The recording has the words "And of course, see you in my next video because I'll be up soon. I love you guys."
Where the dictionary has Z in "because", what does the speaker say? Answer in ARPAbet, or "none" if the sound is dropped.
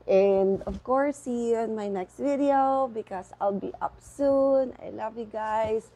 S